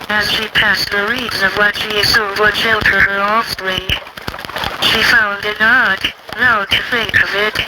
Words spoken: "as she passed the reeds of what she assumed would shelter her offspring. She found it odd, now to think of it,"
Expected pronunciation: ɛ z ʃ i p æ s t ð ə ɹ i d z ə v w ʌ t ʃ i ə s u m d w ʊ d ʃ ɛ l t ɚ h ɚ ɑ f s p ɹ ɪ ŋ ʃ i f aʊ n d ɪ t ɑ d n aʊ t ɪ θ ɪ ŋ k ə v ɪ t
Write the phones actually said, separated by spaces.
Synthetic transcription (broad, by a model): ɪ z ʃ i p æ s t ð ə ɹ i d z ə v w ʌ t ʃ i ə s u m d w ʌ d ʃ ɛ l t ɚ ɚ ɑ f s ɹ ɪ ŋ ʃ i f aʊ n d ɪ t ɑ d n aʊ t ɪ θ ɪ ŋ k ə v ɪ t